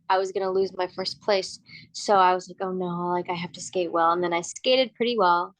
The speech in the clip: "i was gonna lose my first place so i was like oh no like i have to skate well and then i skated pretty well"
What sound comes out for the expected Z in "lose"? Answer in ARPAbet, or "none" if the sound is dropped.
Z